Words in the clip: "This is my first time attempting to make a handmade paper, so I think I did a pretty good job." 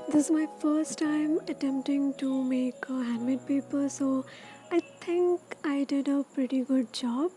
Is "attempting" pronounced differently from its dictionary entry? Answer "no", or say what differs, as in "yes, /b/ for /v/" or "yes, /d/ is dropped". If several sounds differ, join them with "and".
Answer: no